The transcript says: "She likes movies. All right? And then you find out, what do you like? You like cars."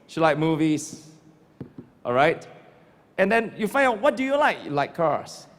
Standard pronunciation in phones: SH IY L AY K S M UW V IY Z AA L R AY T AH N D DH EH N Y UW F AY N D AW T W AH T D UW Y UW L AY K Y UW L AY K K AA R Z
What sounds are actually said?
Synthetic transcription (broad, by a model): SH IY L AY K M UW V IY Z AA L R AY T AH N D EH N Y UW F AY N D AW T W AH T D UW Y UW L AY K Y L AY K K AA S